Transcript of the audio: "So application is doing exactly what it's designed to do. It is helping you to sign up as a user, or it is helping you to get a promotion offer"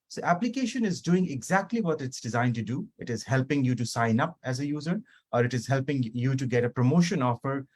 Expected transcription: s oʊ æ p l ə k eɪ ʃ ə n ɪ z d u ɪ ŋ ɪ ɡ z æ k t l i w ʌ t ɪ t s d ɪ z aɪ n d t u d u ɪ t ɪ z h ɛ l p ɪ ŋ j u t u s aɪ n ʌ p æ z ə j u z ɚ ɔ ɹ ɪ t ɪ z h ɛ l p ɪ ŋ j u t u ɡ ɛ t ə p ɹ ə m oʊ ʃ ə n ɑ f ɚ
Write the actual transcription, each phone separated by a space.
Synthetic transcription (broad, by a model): s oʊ æ p l ə k eɪ ʃ ə n ɪ z d u ɪ ŋ ɪ ɡ z æ k t l i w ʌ t ɪ t s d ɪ z aɪ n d t u d u ɪ t ɪ z h ɛ l p ɪ ŋ j u t u s aɪ n ʌ p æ z ə j u z ɚ ɔ ɹ ɪ t ɪ z h ɛ l p ɪ ŋ j u t u ɡ ɛ t ə p ɹ ə m oʊ ʃ ə n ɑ f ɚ